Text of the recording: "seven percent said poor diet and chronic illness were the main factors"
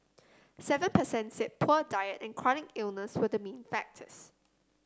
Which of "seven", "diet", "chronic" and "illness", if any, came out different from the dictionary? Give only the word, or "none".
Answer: none